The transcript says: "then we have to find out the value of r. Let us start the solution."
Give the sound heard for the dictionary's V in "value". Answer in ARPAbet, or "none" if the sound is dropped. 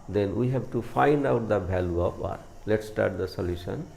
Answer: B